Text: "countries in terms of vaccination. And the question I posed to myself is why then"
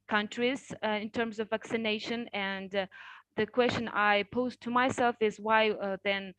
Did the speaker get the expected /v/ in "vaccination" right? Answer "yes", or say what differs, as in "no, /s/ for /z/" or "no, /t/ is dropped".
yes